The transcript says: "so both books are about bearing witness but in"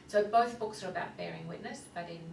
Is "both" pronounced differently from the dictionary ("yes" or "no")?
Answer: no